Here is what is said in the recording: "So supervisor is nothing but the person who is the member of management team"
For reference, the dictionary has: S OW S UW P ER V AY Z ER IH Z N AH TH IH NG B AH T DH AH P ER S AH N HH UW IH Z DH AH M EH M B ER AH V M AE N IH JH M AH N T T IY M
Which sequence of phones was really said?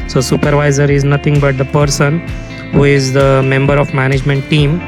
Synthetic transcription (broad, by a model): S OW S UW P ER V AY Z ER IH Z N AH T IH NG B AH T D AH P ER S AH N HH UW IH Z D AH M EH M B ER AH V M AE N IH JH M AH N T T IY M